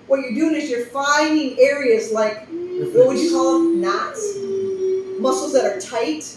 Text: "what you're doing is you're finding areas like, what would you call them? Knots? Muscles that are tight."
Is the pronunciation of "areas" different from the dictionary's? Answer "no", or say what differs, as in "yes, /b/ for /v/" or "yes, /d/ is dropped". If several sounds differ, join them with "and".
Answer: no